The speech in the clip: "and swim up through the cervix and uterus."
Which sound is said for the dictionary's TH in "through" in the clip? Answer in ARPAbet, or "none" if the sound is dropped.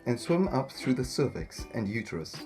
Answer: TH